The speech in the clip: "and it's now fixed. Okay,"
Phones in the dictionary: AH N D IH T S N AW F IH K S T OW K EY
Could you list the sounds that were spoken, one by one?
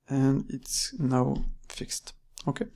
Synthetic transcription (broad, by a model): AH N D IH T S N AW F IH K S T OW K EY